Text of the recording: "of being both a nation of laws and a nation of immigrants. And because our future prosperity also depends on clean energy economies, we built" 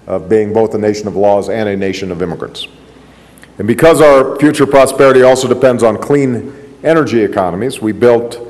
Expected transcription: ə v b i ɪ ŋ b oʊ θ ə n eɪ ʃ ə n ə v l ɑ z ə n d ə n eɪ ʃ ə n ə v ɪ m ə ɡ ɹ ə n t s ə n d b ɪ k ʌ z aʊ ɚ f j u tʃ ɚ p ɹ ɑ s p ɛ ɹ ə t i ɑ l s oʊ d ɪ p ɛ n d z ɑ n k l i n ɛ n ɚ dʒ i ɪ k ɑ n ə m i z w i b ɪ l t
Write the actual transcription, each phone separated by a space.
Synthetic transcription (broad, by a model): ə v b i ɪ ŋ b oʊ θ ə n eɪ ʃ ə n ə v l ɑ z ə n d ə n eɪ ʃ ə n ə v ɪ m ə ɡ ɹ ə n t s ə n b ɪ k ʌ z aʊ ɚ f j u tʃ ɚ p ɹ ɑ s p ɛ ɹ ə t i ɑ l s oʊ d ɪ p ɛ n d z n k l i n ɛ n ɚ dʒ i ɪ k ɑ n ə m i z w i b ɪ l t